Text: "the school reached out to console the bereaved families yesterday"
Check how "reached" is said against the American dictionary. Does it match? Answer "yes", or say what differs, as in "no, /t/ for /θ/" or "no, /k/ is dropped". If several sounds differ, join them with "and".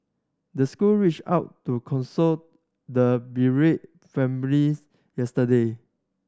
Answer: no, /t/ is dropped